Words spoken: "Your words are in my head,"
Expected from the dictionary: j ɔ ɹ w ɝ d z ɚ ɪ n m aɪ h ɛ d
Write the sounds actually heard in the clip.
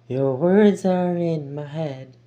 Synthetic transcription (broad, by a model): j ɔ ɹ w ɝ d z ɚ ɪ n m aɪ h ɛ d